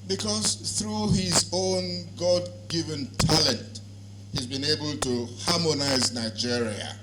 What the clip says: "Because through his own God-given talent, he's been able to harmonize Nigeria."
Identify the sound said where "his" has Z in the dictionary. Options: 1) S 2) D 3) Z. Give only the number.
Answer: 3